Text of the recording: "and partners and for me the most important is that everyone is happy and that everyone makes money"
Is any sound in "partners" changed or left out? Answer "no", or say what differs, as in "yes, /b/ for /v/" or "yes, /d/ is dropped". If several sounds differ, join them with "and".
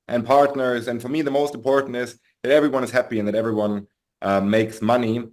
no